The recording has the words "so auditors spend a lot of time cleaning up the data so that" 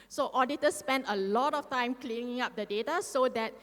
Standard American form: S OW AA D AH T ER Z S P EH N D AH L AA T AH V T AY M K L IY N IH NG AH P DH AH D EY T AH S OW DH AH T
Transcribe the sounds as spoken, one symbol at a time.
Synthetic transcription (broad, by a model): S OW AA D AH T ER S P EH N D AH L AA T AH F T AY M K L IY N IH NG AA P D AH D EY T AH S OW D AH T